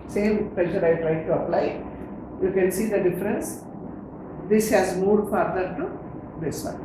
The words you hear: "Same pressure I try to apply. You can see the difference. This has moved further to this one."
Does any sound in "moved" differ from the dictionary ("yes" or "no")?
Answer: yes